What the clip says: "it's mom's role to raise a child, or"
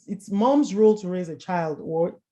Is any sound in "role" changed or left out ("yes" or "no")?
no